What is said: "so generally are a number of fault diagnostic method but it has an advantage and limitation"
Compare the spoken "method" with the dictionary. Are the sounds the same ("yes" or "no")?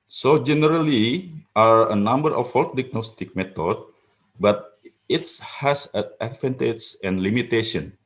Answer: no